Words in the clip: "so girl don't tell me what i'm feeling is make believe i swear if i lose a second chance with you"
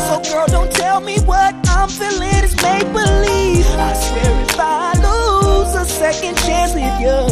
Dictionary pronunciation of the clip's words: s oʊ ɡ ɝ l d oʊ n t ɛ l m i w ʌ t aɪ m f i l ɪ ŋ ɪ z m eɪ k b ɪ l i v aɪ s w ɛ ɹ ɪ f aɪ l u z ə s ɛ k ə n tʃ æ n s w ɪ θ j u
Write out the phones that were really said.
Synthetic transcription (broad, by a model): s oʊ ɡ ɝ l d oʊ n t ɛ l m i w ʌ t aɪ m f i l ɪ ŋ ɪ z m eɪ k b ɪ l i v aɪ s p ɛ ɹ ɪ f aɪ l u z ə s ɛ k ə n tʃ æ n s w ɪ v j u